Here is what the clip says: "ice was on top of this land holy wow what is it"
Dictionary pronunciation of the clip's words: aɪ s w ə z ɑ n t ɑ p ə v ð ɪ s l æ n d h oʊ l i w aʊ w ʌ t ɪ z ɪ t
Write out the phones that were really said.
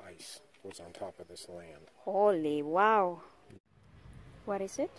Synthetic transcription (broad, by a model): aɪ s w ə z n t ɑ p ə v ð ɪ s l æ n d h oʊ l i w aʊ w ʌ t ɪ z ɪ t